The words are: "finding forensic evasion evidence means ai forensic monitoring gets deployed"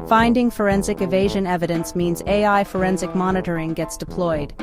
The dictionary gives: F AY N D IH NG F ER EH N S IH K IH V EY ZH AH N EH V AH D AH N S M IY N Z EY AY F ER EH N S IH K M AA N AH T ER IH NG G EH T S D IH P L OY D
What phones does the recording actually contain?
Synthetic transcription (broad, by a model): F AY N D IH NG F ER EH N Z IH K IH V EY ZH AH N EH V AH D AH N S M IY N Z EY AY F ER EH N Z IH K M AA N AH T ER IH NG G EH T S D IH P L OY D